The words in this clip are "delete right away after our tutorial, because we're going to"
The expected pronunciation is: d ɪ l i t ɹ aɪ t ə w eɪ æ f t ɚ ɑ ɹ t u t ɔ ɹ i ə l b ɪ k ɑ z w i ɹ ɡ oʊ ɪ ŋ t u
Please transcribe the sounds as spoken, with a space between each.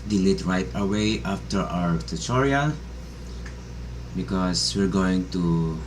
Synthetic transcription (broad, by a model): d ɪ l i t ɹ aɪ t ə w eɪ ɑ f t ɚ ɑ ɹ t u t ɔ ɹ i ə b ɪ k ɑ s w i ɹ ɡ oʊ ɪ ŋ t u